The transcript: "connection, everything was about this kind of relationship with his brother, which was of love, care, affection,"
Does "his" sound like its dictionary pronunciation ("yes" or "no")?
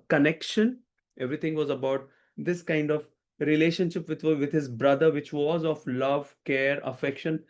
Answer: yes